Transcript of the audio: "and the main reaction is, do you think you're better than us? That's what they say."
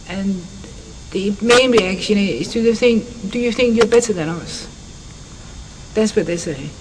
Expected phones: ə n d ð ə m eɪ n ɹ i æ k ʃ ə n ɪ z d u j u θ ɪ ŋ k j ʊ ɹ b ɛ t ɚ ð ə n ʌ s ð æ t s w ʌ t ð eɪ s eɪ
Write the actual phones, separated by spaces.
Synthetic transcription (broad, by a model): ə n ð ə m eɪ n ɹ i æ k ʃ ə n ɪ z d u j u θ ɪ ŋ k j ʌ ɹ b ɛ t ɚ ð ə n ʌ s ð æ t s w ʌ t ð eɪ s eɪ